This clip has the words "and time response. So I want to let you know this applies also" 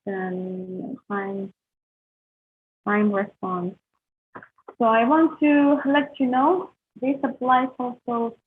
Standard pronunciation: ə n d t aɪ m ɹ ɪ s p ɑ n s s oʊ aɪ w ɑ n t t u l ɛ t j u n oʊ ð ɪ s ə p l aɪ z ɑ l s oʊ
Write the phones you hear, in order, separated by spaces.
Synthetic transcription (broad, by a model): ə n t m aɪ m ɹ ɪ s p ɑ n s s oʊ aɪ w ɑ n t t u l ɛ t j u n oʊ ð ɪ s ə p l aɪ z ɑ l s oʊ